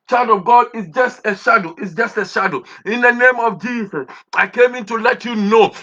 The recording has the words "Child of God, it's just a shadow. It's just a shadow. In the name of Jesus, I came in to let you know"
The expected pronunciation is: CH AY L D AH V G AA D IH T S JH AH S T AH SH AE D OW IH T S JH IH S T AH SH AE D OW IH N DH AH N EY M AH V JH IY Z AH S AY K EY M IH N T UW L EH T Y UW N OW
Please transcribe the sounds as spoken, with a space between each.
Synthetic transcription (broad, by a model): CH AY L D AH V G AA D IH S JH AH S T AH SH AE D OW T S JH IH S T AH SH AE D OW IH N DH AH N EY M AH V JH IY S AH S AY K EY M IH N T UW L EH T Y UW N OW